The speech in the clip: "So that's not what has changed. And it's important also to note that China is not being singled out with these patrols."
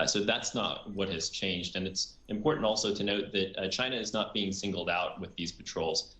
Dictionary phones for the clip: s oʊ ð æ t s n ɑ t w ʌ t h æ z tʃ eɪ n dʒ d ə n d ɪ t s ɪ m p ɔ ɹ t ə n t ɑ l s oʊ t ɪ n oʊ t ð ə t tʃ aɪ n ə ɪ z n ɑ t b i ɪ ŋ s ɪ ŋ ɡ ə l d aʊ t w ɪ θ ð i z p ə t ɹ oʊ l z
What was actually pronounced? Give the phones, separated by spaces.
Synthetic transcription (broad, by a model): s oʊ ð æ t s n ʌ t w ʌ t h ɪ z tʃ eɪ n dʒ d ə n ɪ t s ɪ m p ɔ ɹ t n t ɑ l s oʊ t ɪ n oʊ t ð ə t tʃ aɪ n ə ɪ z n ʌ t b i ɪ ŋ s ɪ ŋ ɡ l d aʊ t w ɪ ð i z p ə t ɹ oʊ l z